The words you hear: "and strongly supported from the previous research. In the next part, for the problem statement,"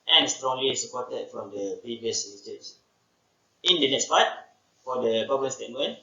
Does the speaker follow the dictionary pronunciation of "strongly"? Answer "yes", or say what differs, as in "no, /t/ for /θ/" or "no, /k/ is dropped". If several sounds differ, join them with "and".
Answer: yes